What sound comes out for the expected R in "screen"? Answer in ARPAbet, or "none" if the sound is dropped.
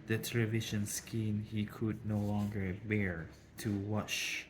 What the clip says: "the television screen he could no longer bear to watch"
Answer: none